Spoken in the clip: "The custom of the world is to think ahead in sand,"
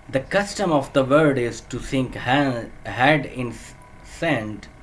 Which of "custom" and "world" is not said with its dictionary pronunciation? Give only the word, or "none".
world